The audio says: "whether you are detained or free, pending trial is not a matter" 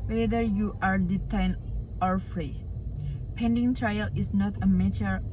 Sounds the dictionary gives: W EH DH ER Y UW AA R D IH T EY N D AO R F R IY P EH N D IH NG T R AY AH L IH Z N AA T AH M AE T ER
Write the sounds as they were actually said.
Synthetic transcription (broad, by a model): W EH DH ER Y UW AA R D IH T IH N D AO R F R IY P EH N D IH NG T R AY AH L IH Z N AA T AH M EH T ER